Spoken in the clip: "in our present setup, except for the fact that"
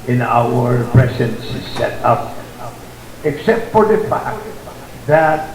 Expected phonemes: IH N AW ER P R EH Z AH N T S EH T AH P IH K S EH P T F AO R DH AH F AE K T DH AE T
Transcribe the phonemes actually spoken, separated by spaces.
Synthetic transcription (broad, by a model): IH N AW ER P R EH S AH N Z S EH T AH P IH K S EH P T F AO R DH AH F AE K T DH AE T